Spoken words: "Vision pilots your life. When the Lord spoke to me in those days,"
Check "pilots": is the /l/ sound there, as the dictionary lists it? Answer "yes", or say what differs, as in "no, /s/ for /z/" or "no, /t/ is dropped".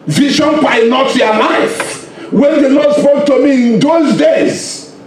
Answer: no, /n/ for /l/